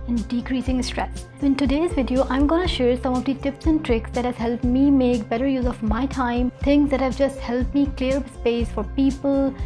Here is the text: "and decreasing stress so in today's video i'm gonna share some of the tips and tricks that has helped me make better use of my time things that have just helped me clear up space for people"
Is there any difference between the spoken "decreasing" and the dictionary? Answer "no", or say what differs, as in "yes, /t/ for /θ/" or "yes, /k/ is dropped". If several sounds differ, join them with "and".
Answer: no